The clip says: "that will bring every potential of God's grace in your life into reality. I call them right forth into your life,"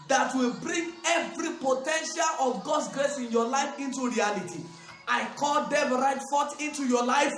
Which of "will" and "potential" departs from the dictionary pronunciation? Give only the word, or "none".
none